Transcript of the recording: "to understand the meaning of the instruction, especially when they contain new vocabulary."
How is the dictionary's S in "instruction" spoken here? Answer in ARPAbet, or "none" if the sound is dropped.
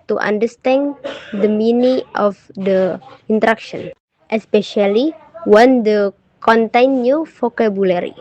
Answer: none